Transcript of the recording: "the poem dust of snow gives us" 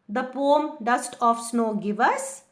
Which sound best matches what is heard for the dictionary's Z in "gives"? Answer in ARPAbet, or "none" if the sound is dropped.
none